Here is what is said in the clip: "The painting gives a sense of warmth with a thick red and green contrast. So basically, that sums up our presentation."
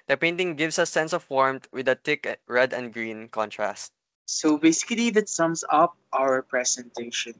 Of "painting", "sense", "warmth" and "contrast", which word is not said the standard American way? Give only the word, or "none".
warmth